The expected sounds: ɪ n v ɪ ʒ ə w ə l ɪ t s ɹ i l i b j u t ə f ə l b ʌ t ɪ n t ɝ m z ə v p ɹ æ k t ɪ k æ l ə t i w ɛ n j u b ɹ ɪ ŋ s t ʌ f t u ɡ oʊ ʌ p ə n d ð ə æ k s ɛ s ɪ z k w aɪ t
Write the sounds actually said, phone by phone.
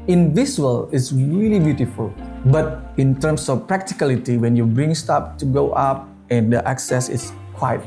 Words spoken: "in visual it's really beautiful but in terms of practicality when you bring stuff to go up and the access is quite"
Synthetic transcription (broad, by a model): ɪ n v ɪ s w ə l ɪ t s ɹ i l i b j u t ə f ə l b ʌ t ɪ n t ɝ m s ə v p ɹ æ k t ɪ k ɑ l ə t i w ɛ n j u b ɹ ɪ ŋ s t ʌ p t u ɡ oʊ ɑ p ə n d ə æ k s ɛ s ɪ s k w aɪ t